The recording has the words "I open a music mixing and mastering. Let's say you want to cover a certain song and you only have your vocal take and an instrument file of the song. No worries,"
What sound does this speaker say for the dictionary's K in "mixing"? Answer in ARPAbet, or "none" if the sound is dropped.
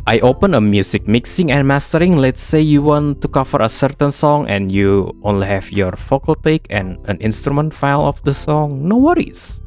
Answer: K